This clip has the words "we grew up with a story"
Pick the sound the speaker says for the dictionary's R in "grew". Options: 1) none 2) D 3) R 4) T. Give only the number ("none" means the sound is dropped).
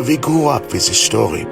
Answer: 1